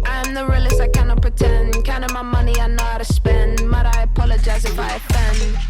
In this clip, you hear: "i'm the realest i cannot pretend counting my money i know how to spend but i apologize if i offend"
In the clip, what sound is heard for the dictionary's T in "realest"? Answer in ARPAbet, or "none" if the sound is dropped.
none